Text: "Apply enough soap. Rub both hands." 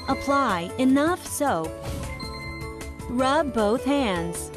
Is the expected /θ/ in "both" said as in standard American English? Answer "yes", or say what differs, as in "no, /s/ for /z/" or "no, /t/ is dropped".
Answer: yes